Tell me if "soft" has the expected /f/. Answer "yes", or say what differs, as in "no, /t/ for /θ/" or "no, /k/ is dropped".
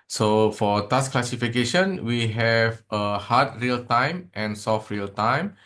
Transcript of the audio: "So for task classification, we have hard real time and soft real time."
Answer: yes